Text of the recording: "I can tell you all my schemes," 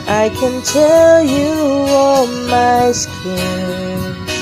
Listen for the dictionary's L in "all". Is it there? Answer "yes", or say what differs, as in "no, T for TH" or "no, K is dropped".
no, N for L